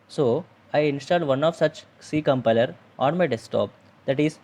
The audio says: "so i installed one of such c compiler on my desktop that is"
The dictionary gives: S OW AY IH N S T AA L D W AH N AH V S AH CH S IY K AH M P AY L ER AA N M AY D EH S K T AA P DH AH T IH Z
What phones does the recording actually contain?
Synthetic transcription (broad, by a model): S OW AY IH N S T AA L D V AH N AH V S AH CH S IY K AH M P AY L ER AA N M AY D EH S T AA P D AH T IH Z